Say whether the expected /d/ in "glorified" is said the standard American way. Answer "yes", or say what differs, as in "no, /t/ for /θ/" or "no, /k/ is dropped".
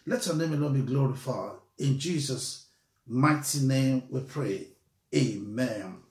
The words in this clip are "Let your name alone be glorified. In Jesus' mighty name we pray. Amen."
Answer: no, /d/ is dropped